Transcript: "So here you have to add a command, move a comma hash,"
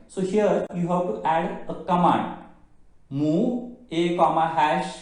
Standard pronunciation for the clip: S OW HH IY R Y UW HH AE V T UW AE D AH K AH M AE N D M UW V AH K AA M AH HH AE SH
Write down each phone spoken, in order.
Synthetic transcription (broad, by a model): S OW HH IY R Y UW HH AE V T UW AE D AH K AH M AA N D M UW AH K AA M AH HH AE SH